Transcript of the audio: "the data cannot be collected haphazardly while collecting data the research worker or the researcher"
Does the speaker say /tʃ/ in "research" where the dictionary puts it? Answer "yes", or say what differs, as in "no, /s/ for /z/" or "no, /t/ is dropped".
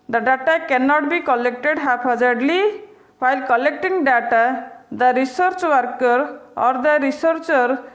yes